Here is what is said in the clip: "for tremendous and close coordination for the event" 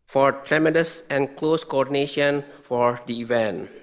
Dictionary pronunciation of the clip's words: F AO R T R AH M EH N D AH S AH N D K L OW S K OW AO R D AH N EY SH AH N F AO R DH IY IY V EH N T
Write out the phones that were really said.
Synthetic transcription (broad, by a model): F AO R T R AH M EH D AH S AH N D K L OW S K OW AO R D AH N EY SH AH N F AO R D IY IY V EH N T